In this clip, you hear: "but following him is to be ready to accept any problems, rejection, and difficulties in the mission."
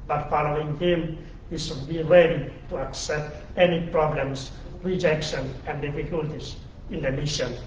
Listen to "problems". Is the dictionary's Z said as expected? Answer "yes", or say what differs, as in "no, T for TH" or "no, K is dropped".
no, S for Z